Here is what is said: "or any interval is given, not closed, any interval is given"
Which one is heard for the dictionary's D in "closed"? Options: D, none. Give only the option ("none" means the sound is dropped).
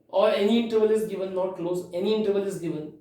none